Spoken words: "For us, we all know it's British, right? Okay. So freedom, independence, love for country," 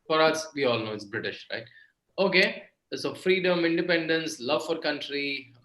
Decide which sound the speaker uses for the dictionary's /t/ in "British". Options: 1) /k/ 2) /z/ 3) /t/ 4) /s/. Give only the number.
3